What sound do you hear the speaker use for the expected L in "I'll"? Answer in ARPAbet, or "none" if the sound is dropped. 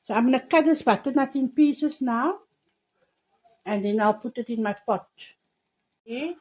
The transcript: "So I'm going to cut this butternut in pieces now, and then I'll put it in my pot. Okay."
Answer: L